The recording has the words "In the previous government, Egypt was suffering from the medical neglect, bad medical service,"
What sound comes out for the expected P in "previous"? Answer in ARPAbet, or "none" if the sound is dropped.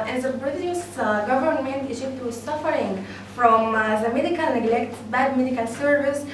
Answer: B